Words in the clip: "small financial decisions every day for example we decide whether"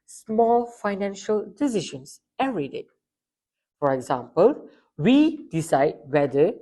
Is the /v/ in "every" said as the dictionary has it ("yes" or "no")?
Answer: no